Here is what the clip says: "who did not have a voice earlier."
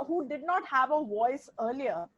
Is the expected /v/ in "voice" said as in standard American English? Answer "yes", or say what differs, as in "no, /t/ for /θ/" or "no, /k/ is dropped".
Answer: yes